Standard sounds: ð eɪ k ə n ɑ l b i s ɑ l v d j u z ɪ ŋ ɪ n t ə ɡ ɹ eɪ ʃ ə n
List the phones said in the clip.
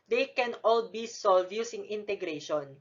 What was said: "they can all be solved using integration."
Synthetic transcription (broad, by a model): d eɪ k ə n ɑ l b i s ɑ l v j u s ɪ ŋ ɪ n t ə ɡ ɹ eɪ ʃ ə n